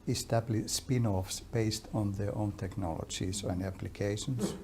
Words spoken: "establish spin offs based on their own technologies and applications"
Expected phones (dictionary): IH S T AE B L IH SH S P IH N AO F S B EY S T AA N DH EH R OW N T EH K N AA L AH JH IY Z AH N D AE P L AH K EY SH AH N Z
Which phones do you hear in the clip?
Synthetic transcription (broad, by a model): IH S T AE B L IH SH S P IH N AO F S B EY S T AA N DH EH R OW N T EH K N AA L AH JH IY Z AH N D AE P L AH K EY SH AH N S